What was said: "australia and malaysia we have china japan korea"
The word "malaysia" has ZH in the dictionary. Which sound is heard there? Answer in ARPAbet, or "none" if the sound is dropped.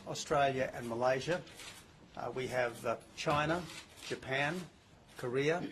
ZH